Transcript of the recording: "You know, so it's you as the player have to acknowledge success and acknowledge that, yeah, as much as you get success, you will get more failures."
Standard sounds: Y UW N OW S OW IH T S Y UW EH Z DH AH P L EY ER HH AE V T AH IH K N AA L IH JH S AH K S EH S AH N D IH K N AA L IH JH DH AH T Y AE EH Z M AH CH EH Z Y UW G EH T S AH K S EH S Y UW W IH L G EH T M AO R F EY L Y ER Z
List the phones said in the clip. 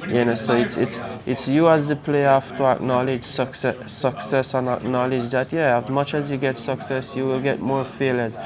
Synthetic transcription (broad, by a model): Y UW N OW S OW IH T S Y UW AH Z DH AH P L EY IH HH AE F T AH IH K N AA L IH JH S AH K S EH S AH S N IH K N AA L IH JH DH AH T Y AE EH Z M AH CH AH Z Y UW G EH T S AH K S EH S Y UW W IH L G EH T M AO R F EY L Y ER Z